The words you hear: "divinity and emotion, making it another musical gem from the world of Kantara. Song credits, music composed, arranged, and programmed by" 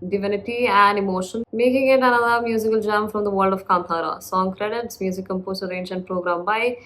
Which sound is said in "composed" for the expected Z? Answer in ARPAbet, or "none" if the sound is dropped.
S